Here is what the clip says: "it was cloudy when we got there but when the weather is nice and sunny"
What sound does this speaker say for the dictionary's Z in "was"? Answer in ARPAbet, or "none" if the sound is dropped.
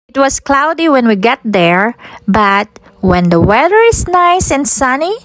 S